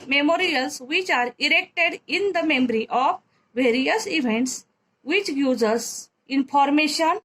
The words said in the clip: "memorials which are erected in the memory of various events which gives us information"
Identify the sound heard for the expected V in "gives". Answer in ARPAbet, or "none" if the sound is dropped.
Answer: none